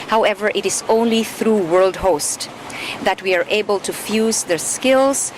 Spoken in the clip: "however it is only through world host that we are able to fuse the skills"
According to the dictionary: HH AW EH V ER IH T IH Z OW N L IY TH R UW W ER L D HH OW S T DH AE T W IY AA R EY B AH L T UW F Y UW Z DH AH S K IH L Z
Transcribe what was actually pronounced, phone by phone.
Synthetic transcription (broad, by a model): HH AW EH V ER IH T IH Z OW N L IY TH R UW W ER L D HH OW S T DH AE T W IY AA R EY B AH L T UW F Y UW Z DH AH S K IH L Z